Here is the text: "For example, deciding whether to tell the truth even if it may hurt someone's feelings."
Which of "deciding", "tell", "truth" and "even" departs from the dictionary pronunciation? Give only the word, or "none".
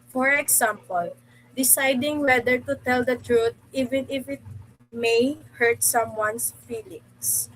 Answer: truth